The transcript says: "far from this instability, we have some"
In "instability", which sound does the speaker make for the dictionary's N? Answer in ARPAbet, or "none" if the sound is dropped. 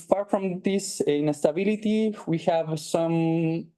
none